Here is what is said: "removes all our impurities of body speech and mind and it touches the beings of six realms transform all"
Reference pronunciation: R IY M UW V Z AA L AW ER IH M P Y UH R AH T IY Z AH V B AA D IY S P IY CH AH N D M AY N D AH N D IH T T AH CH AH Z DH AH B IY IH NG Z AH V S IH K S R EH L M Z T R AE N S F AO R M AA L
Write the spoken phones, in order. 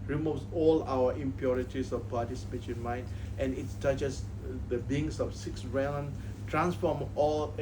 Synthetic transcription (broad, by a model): R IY M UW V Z AA L AW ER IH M P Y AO R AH T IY S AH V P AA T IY S P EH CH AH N M AY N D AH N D IH T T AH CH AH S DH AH B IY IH NG S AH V S IH K S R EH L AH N T R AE N S F AO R M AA L